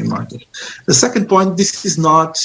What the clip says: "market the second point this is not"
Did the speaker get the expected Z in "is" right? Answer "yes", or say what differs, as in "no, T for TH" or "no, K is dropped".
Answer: yes